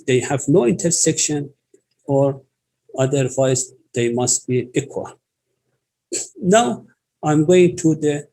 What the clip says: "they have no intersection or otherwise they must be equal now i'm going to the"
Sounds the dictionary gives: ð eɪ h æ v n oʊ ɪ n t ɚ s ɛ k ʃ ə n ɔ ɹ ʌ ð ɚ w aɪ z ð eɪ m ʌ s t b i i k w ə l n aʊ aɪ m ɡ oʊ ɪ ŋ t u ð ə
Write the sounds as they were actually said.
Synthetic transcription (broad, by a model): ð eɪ h æ v n oʊ ɪ n t ɚ s ɛ k ʃ ə n ɔ ɹ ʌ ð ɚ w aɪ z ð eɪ m ʌ s t b i i k w ə l n aʊ aɪ m ɡ oʊ ɪ ŋ t u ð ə